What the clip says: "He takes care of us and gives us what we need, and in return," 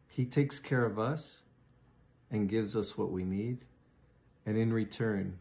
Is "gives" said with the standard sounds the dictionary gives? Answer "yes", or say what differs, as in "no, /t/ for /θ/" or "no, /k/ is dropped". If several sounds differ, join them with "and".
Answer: yes